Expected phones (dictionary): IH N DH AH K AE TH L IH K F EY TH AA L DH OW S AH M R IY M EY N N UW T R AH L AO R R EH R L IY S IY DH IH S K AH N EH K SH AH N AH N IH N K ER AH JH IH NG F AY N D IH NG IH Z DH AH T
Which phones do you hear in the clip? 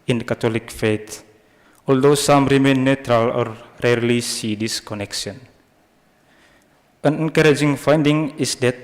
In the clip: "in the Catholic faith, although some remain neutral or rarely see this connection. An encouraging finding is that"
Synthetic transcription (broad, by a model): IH N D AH K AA T L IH K F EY T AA L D OW S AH M R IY M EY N N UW T R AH L AO R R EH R L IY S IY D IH S K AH N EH K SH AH N AH N IH N K ER AH JH IH NG F AY N D IH NG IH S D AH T